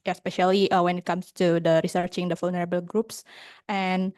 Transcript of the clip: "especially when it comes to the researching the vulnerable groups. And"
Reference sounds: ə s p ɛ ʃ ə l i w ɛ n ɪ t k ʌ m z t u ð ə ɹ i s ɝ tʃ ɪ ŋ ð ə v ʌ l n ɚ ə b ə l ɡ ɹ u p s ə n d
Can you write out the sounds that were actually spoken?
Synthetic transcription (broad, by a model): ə s p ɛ ʃ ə l i w ɛ n ɪ t k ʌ m s t u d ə ɹ i s ɝ tʃ ɪ ŋ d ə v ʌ l n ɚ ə b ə l ɡ ɹ u p s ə n